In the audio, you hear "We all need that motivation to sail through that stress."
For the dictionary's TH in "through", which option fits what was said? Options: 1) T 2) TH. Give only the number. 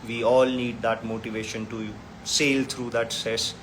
1